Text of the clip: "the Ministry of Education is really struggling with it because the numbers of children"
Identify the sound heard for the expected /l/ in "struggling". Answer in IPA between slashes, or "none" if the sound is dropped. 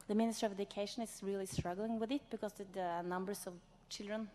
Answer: /l/